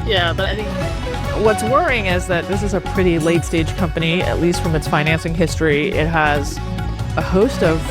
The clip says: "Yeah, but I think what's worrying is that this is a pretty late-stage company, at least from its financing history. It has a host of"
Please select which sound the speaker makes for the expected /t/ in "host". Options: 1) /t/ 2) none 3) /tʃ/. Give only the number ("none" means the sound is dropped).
1